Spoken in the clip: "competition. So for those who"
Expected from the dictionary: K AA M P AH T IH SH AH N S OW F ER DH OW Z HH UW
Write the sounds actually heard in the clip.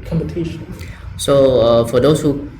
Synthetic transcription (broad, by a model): K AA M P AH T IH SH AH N S OW F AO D OW S HH UW